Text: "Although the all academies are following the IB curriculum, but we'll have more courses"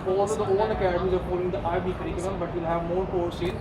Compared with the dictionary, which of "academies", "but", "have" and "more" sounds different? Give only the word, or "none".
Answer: none